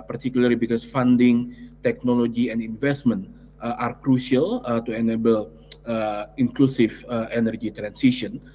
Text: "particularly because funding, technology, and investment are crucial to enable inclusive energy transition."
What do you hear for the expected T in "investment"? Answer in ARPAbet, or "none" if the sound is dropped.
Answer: T